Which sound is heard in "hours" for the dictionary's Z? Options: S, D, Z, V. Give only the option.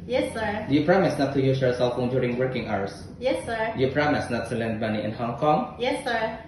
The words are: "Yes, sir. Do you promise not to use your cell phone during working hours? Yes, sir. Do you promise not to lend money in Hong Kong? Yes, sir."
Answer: S